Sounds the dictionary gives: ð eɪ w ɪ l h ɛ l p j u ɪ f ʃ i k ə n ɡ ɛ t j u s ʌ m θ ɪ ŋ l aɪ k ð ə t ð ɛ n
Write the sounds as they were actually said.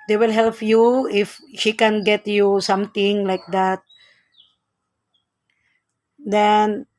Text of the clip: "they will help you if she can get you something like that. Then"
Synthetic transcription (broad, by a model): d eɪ w ɪ l h ɛ l p j u ɪ f ʃ i k ə n ɡ ɛ t j u s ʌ m t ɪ ŋ l aɪ k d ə t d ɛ n